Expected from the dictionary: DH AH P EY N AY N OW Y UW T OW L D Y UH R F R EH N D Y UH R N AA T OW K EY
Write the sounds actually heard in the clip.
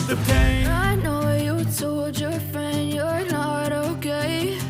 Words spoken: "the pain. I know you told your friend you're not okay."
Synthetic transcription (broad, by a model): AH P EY AY N OW Y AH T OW L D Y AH R F R EH N D Y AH R N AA T OW K EY